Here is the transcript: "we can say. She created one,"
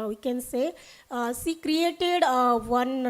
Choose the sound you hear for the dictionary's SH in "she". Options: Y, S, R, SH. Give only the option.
S